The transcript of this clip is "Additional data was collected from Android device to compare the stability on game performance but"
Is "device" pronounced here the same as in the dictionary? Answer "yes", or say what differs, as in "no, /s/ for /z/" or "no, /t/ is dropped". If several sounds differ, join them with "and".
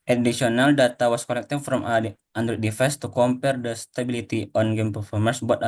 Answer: no, /f/ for /v/